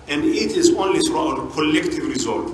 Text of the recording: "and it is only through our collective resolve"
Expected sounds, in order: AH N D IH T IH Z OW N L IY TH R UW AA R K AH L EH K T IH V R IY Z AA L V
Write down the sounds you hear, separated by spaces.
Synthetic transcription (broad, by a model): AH N D IH T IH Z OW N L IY S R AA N K AH L EH K T IH V R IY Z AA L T